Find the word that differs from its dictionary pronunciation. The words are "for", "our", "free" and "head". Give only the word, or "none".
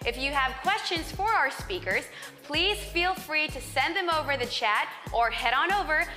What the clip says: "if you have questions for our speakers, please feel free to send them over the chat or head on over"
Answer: none